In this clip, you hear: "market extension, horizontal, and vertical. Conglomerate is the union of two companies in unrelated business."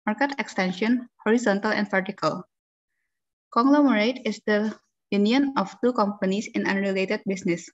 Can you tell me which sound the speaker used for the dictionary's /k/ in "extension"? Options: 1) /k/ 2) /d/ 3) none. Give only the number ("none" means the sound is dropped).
1